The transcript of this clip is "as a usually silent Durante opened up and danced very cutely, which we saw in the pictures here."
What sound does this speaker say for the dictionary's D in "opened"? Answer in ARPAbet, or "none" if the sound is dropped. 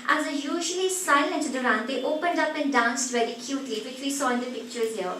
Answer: D